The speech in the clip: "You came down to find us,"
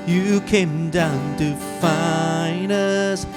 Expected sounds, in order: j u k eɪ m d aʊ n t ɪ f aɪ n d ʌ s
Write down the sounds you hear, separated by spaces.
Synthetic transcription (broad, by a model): j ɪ k eɪ m d aʊ n t ɪ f aɪ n ʌ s